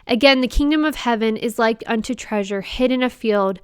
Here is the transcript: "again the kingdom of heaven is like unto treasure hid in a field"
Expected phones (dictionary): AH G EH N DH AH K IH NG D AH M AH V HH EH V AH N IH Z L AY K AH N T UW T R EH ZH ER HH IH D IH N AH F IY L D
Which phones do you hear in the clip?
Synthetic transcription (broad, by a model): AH G EH N DH AH K IH NG D AH M AH V HH EH V AH N IH Z L AY K AH N T UW T R EH ZH ER HH IH D IH N AH F IY L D